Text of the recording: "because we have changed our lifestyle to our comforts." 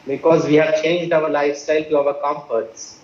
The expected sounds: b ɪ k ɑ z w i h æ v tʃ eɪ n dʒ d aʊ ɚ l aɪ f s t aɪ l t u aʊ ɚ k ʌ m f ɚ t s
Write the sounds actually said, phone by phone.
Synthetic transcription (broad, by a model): b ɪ k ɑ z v i h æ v tʃ eɪ n dʒ d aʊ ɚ l aɪ f s t aɪ l t u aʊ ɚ k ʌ m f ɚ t s